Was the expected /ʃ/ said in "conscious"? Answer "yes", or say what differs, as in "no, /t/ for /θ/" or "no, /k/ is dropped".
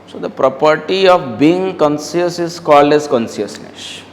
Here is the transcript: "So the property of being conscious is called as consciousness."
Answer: no, /s/ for /ʃ/